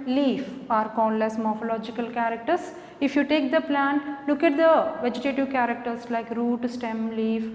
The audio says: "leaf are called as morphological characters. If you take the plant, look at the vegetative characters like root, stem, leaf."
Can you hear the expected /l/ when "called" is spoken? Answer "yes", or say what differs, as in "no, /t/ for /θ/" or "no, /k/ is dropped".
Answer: no, /n/ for /l/